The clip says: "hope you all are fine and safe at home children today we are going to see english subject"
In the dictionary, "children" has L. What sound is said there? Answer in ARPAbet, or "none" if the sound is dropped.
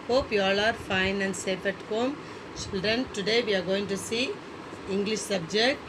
none